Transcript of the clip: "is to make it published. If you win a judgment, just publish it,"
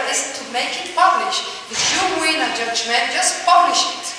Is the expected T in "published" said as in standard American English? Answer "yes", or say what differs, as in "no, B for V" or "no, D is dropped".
no, T is dropped